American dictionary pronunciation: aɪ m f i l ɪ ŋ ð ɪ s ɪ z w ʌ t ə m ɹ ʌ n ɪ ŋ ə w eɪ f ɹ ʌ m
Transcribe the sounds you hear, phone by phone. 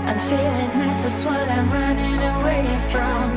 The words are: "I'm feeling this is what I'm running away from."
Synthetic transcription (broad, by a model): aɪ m f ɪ l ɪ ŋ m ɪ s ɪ s w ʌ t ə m ɹ ʌ n ɪ ŋ ə w eɪ f ɹ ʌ m